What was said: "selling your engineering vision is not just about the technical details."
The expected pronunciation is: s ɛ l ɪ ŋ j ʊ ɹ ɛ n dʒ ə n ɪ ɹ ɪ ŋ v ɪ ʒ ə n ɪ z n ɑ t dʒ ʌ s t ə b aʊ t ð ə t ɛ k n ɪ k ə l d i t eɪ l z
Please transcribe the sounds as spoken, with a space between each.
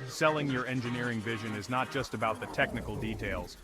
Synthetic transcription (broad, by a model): s ɛ l ɪ ŋ j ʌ ɹ ɛ n dʒ ə n ɪ ɹ ɪ ŋ v ɪ ʒ ə n ɪ z n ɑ t dʒ ʌ s t ə b aʊ t ð ə t ɛ k n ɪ k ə l d i t eɪ l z